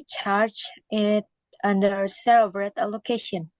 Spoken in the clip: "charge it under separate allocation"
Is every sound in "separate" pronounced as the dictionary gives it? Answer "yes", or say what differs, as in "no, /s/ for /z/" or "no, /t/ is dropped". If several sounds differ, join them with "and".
no, /b/ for /p/